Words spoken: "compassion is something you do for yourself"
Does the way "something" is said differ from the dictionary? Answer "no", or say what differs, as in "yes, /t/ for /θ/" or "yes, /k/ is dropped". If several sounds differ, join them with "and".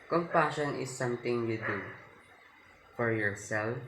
yes, /t/ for /θ/